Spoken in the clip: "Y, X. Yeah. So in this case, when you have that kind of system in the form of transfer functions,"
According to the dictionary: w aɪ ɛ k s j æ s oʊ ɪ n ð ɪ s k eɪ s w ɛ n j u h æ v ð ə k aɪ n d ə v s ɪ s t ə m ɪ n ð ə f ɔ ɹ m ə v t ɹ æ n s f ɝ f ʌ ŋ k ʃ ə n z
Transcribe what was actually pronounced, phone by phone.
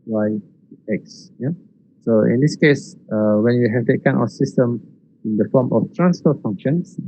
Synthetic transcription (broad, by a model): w aɪ ɛ k s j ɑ s oʊ ɪ n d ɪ s k eɪ s w ɛ n j u h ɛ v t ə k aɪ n ə s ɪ s t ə m ɪ n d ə f ɔ m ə f t ɹ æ n s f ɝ f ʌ ŋ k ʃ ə n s